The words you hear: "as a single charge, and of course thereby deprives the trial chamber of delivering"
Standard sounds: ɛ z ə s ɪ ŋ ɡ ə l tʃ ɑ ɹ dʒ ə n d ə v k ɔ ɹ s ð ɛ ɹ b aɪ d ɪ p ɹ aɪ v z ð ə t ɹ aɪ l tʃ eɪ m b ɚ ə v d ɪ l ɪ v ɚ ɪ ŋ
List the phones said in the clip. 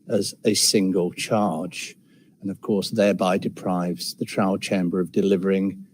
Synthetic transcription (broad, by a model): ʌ z ə s ɪ ŋ ɡ ə l tʃ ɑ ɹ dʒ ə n ə v k ɔ ɹ s ð ɛ ɹ b aɪ d ɪ p ɹ aɪ v z ð ə t ɹ aɪ l tʃ eɪ m b ɚ ə v d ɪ l ɪ v ɚ ɪ ŋ